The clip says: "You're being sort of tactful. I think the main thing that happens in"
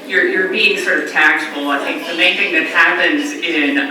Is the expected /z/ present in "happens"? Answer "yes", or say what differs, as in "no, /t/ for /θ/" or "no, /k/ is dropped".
yes